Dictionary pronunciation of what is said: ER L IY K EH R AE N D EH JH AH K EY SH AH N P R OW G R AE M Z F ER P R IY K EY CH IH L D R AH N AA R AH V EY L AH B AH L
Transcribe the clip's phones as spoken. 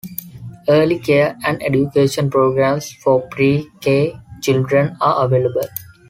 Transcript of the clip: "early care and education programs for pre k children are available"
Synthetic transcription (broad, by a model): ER L IY K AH R AE N D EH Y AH K EY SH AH N P R OW G R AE M S F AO P R IY K EY CH IH L D R AH N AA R AH V EY L AH B AH L